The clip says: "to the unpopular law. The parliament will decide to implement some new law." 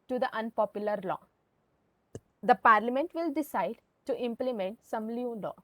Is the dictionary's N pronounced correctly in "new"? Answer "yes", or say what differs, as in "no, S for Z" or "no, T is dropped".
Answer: no, L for N